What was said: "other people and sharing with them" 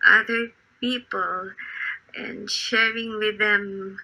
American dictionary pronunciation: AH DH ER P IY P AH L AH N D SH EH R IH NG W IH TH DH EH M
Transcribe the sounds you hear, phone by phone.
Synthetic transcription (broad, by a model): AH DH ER P IY P AH L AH N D SH EH R IH NG W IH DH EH M